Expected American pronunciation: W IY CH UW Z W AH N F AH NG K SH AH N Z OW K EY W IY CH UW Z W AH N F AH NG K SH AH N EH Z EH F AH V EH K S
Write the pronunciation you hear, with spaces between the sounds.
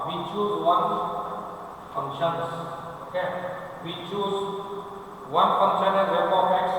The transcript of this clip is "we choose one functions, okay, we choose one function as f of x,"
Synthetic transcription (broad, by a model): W IY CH UW S W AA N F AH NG SH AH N S OW K EY W IY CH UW S W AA N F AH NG SH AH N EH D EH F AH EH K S